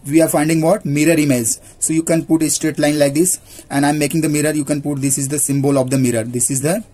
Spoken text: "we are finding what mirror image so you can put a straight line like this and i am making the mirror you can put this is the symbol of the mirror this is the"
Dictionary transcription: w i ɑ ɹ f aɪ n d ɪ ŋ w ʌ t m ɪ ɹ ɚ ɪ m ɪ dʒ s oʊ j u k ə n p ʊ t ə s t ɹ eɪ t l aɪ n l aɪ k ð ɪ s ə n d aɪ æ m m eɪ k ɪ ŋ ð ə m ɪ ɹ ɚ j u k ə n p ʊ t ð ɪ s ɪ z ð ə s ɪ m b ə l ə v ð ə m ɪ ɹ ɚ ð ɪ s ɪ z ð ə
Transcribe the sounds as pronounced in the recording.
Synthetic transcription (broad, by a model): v i ɑ ɹ f aɪ n d ɪ ŋ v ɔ t m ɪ ɹ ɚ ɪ m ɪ z s oʊ j u k ə n p ʊ t ə s t ɹ eɪ t l aɪ n l aɪ k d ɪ s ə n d aɪ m m eɪ k ɪ ŋ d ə m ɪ ɹ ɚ j u k ə n p ʊ t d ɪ s ɪ z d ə s ɪ m b ə l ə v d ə m ɪ ɹ ɚ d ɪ s ɪ z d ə